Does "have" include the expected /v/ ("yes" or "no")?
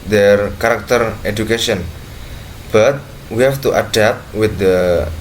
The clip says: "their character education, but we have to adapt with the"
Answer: no